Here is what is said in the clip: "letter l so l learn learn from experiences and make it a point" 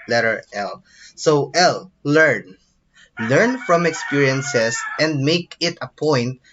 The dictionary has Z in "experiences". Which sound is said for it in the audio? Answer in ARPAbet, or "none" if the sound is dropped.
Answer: S